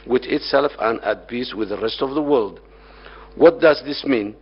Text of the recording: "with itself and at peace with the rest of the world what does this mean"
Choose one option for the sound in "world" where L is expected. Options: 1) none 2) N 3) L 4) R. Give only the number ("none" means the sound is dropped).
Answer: 3